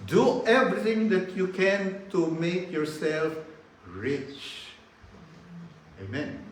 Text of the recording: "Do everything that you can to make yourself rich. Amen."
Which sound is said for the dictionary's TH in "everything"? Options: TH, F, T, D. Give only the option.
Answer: T